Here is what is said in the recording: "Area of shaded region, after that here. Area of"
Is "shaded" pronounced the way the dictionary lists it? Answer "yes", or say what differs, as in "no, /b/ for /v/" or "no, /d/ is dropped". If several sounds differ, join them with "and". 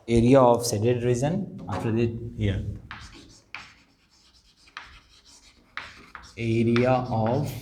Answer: no, /s/ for /ʃ/